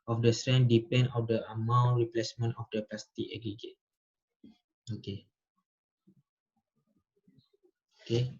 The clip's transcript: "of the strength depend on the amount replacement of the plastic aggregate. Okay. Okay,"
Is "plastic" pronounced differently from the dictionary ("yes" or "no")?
yes